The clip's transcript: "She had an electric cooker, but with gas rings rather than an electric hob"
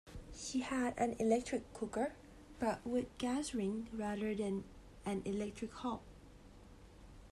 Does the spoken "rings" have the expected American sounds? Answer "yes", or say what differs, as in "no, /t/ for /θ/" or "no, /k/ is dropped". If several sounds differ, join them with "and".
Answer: no, /z/ is dropped